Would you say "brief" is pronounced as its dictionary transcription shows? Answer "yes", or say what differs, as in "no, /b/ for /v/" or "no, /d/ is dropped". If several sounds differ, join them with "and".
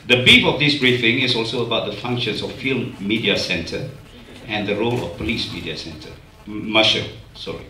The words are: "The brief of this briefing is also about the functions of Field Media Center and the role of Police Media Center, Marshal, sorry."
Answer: no, /ɹ/ is dropped